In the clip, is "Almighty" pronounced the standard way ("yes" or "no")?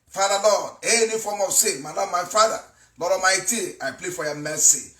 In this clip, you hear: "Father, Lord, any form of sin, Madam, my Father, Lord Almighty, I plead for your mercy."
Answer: no